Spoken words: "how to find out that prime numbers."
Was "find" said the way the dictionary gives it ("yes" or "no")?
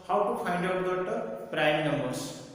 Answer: no